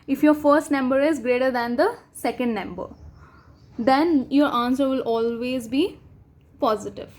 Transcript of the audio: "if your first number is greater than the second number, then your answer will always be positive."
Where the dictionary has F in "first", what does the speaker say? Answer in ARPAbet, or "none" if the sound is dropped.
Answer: F